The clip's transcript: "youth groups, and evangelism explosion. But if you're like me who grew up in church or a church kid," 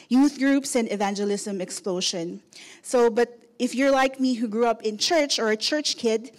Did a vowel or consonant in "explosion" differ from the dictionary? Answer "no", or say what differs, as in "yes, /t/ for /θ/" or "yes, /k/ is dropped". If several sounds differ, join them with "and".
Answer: yes, /ʃ/ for /ʒ/